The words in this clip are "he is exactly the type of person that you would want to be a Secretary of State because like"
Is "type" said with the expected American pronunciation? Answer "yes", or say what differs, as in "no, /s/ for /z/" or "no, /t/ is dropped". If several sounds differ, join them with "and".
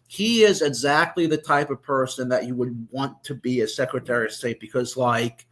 yes